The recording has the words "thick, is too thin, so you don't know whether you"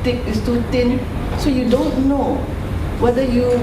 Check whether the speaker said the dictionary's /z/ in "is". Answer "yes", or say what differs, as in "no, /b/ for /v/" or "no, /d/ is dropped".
no, /s/ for /z/